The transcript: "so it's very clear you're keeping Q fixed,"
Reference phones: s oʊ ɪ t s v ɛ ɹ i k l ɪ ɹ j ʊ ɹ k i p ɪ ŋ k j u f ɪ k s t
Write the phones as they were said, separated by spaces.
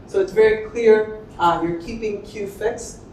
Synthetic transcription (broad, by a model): s oʊ ɪ t s v ɛ ɹ i k l ɪ ɹ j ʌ ɹ k i p ɪ ŋ k j u f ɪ k s